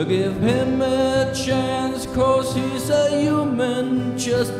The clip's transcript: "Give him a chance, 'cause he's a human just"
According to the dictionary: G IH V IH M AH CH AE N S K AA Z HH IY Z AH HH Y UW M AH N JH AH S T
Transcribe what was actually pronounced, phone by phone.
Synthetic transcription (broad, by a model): G IH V IH M AH CH AE N S K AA S HH IY S AH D Y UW M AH N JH AH S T